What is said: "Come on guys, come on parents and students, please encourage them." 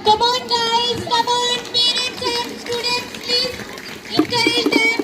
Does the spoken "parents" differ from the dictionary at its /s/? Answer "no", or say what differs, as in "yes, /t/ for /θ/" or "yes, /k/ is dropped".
yes, /s/ is dropped